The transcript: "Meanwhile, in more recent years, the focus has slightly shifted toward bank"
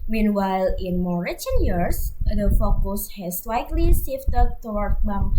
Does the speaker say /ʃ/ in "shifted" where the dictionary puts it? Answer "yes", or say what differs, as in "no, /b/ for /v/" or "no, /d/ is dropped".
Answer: no, /s/ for /ʃ/